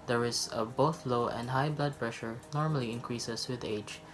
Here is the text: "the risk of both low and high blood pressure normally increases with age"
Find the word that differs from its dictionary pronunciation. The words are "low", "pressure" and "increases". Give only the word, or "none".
increases